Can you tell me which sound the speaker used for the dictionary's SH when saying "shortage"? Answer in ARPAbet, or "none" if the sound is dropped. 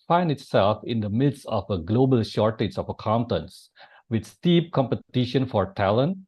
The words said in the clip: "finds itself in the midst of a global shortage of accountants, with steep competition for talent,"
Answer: SH